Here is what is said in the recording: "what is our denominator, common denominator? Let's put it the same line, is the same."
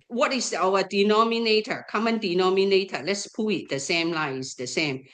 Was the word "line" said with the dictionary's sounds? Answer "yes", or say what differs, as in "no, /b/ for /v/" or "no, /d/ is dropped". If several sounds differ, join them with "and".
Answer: no, /n/ is dropped